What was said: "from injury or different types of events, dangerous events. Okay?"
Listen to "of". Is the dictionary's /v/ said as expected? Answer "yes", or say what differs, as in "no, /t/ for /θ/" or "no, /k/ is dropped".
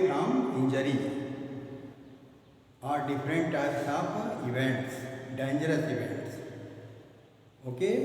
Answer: no, /p/ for /v/